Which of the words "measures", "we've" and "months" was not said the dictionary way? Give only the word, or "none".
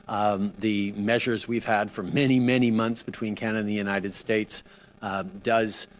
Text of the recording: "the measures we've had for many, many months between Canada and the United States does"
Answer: none